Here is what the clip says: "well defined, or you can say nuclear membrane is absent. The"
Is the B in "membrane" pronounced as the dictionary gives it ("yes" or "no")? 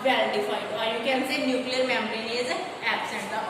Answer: no